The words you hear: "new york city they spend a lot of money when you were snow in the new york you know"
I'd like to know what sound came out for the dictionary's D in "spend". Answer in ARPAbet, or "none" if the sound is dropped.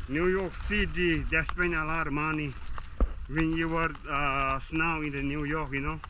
none